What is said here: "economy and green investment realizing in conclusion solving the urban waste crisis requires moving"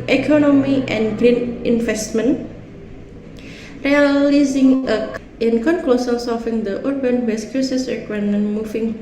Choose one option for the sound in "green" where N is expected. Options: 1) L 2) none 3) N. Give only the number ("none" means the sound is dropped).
3